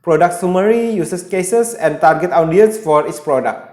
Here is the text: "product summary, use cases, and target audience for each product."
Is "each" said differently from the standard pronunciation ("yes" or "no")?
yes